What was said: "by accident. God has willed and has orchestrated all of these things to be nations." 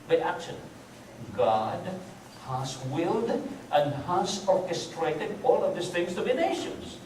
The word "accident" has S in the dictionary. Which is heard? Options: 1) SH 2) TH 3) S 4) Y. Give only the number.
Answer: 1